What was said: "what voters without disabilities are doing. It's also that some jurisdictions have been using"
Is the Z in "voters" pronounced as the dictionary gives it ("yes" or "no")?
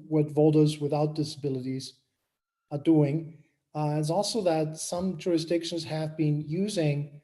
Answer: yes